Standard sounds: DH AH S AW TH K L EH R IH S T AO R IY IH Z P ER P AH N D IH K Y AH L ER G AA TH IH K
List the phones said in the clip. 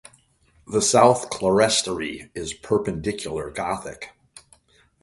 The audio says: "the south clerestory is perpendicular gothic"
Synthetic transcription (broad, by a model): DH AH S AW TH K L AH R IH S T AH R IY IH Z P ER P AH N D IH K Y L ER G AA TH IH K